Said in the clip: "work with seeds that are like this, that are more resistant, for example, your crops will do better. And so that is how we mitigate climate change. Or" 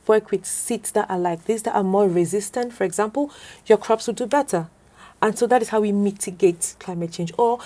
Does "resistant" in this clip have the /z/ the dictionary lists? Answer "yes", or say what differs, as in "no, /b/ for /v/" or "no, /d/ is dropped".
yes